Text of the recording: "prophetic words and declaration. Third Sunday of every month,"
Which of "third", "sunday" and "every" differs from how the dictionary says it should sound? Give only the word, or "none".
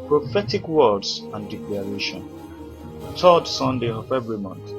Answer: third